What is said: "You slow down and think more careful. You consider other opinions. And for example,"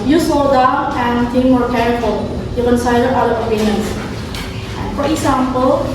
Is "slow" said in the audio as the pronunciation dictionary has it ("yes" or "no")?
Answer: no